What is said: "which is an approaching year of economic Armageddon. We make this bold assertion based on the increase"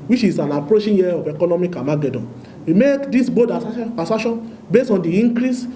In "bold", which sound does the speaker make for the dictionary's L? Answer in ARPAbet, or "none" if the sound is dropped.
none